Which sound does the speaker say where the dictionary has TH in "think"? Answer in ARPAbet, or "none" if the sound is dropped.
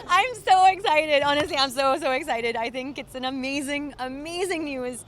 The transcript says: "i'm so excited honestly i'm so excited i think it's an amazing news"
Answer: TH